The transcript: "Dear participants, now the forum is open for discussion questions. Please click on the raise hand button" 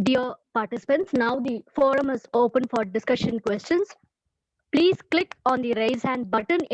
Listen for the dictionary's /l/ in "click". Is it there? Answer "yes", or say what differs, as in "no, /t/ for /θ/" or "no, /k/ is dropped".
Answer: yes